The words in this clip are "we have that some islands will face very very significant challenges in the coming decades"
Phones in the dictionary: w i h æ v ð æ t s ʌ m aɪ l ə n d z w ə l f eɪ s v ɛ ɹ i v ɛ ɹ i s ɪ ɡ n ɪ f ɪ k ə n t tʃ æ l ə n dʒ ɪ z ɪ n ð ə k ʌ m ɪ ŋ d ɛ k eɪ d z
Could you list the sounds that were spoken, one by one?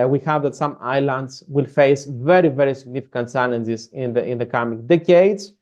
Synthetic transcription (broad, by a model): w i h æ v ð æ t s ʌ m aɪ l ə n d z w ə l f eɪ s v ɛ ɹ i v ɛ ɹ i s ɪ ɡ n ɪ f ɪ k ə n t s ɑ n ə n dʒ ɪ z ɪ n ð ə k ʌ m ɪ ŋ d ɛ k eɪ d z